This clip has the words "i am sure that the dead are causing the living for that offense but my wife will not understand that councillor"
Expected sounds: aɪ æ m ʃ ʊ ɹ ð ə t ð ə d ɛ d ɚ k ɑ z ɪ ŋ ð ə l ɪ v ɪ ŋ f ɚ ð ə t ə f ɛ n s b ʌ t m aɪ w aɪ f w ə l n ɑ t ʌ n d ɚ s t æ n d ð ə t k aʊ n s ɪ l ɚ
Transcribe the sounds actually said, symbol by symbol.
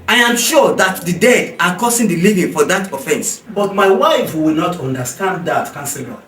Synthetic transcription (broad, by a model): aɪ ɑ m ʃ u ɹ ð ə t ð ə d ɛ d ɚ k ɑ s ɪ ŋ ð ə l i v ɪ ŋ f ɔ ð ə t ə f ɛ n s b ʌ t m aɪ w aɪ f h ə w n ɑ t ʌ n d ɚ s t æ n d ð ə t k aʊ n s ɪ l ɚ